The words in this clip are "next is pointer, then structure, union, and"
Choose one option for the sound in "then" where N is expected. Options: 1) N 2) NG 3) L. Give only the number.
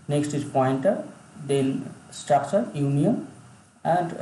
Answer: 3